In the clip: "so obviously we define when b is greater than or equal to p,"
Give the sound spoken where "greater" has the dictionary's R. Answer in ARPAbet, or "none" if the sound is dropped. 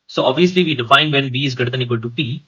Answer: none